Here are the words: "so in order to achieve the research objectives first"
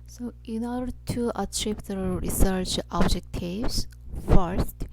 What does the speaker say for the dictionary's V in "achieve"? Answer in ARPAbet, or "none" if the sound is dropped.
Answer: P